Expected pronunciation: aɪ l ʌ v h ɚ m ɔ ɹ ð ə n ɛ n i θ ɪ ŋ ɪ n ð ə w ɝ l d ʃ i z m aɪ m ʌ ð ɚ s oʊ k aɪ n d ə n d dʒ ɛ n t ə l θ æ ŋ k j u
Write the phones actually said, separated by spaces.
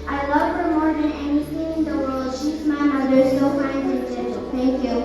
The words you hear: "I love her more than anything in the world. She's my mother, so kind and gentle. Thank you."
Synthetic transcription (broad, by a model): aɪ l ʌ v h ɚ m ɔ ɹ ð ə n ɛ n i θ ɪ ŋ ɪ n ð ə w ɝ l d ʃ i z m aɪ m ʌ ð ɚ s oʊ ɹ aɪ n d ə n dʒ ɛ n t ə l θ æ ŋ k j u